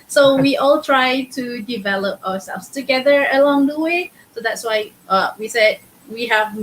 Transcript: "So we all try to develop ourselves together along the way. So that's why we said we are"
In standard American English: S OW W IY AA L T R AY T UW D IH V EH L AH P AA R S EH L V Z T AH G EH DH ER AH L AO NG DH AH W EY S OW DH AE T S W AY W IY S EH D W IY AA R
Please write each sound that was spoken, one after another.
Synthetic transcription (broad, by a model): S OW W IY AA L T R AY T UW D IH V EH L AH P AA W S EH L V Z T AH G EH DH ER AH L AO NG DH AH W EY S OW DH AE T S W AY W IY S EH D W IY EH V